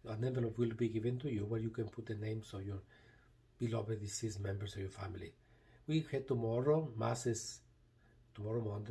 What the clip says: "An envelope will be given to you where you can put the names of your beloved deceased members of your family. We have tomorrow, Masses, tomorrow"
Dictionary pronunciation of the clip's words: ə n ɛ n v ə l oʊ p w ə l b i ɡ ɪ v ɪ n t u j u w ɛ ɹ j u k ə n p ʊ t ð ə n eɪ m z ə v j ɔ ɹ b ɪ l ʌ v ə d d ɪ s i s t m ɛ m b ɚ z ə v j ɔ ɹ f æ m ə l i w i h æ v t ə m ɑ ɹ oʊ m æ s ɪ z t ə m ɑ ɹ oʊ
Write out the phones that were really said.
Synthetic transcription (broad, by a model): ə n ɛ v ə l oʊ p w ə l b i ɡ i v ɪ n t u j u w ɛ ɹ j u k ə n p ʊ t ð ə n eɪ m s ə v j ɔ ɹ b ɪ l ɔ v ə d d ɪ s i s m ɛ m b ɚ s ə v j ɔ ɹ f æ m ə l i w i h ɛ t ə m ɑ ɹ oʊ m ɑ s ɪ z t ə m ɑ ɹ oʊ